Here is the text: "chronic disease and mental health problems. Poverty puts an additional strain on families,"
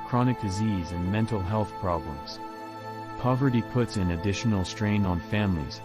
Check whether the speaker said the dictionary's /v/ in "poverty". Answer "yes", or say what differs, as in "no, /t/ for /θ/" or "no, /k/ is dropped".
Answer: yes